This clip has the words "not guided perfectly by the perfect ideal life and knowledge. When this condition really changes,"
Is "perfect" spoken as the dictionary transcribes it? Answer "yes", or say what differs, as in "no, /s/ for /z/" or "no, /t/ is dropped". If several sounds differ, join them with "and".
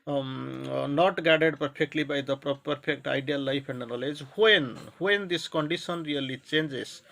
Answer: no, /p/ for /f/